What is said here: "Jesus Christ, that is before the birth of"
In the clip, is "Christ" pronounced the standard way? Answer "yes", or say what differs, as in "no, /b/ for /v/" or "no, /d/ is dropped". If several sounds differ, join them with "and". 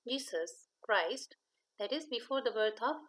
yes